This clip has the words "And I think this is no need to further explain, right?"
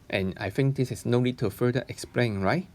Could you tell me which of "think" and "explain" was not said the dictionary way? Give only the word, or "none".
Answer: think